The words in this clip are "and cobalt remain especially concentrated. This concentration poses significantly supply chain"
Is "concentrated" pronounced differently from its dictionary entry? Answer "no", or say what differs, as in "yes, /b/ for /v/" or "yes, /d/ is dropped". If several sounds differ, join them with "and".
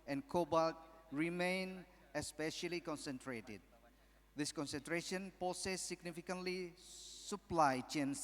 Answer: no